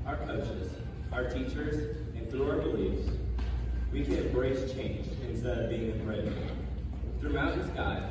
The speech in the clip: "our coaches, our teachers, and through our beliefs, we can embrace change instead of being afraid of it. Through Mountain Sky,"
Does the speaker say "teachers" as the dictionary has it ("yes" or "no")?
yes